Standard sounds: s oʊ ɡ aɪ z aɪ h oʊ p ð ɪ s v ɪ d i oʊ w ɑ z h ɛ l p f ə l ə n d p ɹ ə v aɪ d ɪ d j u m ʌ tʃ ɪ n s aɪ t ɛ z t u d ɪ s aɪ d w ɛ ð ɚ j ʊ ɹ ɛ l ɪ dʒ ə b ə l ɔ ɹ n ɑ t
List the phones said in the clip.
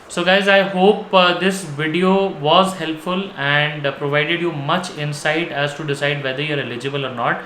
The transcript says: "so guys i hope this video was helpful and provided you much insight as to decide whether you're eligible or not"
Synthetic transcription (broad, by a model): s oʊ ɡ aɪ z aɪ h oʊ p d ɪ s v ɪ d i oʊ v ɑ z h ɛ l p f ə l ə n d p ɹ ə v aɪ d ɪ d j u m ʌ tʃ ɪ n s aɪ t ɛ z t u d ɪ s aɪ d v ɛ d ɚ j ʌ ɹ ɛ l ɪ dʒ ə b ə l ɔ ɹ n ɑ t